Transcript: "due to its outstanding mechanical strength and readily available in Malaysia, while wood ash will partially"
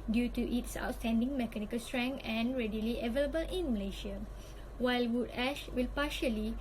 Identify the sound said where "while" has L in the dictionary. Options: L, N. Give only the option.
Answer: L